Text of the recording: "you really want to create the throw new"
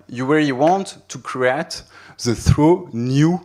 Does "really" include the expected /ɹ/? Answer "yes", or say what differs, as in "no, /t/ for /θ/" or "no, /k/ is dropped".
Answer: no, /w/ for /ɹ/